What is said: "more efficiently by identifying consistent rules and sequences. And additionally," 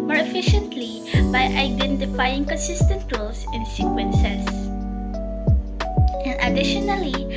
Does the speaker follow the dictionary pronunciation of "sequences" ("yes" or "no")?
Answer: no